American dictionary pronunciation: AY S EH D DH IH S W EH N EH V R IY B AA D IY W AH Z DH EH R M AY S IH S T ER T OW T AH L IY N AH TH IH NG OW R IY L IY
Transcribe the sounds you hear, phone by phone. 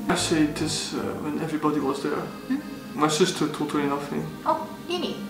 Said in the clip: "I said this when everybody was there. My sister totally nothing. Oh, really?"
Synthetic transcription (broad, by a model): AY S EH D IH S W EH N EH V R IY B AA D IY W AH Z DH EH R M AY S IH S T ER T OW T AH IY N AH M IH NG OW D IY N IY